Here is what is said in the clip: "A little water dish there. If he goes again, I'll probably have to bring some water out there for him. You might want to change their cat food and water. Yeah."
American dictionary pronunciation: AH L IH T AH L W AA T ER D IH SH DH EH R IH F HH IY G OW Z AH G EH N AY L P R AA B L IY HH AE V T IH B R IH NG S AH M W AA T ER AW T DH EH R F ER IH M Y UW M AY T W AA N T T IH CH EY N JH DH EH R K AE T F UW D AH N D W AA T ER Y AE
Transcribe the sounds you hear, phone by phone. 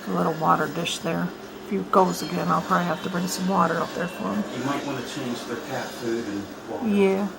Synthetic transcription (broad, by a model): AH L IH T L W AA T ER D IH SH DH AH R IH F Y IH G OW Z AH G EH N AY L P R AA B L IY HH AE F T IH B R IH NG S AH M W AA T ER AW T DH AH R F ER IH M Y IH M AY T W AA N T T IH CH EY N JH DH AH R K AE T F UW D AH N Y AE